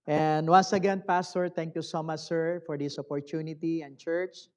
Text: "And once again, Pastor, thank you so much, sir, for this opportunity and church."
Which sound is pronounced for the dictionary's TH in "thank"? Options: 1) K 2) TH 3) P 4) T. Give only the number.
4